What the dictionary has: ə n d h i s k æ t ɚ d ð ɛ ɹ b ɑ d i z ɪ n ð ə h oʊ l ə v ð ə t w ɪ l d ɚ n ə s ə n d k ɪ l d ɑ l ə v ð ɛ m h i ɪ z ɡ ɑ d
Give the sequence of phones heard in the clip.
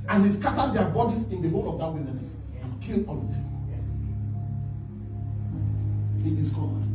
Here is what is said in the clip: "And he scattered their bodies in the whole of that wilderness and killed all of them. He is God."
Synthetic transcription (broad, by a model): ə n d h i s k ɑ t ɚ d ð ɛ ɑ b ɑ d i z ɪ n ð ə h oʊ l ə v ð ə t w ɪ n d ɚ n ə s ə n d k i l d ɑ l ə v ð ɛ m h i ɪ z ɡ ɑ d